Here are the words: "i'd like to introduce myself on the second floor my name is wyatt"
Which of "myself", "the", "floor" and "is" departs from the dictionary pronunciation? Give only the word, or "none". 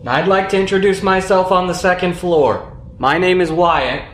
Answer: none